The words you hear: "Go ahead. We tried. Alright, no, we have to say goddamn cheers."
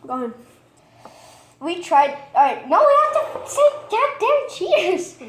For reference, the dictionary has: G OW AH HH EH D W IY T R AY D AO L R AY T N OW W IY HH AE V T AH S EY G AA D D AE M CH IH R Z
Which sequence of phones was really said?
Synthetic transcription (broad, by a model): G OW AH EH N W IY T R AY D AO R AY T N OW W IY HH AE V T AH S EY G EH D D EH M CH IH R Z